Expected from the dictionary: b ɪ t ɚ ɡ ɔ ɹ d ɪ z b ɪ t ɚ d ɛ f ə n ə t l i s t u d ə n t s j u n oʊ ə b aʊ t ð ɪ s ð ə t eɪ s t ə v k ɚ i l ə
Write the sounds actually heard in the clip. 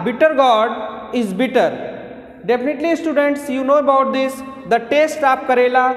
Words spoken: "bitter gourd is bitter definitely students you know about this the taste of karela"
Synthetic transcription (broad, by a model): b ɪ t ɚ ɡ ɔ ɹ d ɪ z b ɪ t ɚ d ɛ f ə n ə t l i s t u d ə n t s j u n oʊ ə b aʊ t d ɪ s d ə t eɪ s t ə p k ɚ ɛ l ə